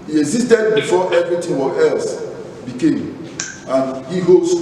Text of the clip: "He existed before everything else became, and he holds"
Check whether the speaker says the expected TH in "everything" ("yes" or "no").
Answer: no